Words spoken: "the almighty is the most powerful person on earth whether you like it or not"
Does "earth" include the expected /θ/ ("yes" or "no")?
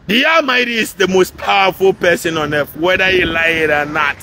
no